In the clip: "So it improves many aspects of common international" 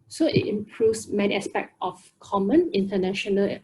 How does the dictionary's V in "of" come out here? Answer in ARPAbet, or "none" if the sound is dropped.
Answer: F